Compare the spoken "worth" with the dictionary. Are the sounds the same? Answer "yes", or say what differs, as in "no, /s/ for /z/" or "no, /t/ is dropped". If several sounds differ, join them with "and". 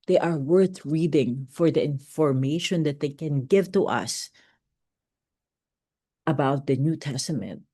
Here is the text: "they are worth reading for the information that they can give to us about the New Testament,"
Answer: yes